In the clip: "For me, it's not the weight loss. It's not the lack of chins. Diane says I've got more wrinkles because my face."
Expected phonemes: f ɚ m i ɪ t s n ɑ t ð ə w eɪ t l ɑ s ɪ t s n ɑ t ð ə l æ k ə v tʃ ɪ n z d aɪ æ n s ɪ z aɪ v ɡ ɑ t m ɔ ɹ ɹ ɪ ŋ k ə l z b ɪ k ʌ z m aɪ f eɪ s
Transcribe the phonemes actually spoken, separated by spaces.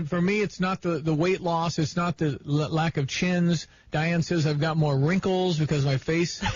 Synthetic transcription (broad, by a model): f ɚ m i ɪ t s n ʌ t ð ə w eɪ t l ɑ s ɪ t s n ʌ t ð ə l æ k ə v tʃ ɪ n z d aɪ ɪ n s ɪ z aɪ v ɡ ɑ t m ɔ ɹ ɹ ɪ ŋ k l z b ɪ k ʌ z m aɪ f eɪ s